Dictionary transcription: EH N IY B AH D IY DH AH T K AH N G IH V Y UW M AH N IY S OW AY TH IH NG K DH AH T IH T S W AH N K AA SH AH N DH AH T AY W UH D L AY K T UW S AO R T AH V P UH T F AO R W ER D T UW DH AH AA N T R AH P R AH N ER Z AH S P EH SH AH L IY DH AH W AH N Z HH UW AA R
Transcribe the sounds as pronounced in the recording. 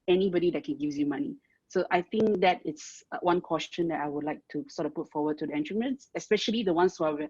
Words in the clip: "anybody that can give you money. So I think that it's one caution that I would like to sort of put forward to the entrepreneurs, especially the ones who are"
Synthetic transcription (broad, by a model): EH N IY B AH D IY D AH T K AH N G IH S Y UW M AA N IY S OW AY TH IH NG K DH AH T IH T S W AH N K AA S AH N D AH T AY W UH D L AY K T UW S AO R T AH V P UH T F AO W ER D T UW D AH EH N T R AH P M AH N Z AH S P EH SH AH L IY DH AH W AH N S HH UW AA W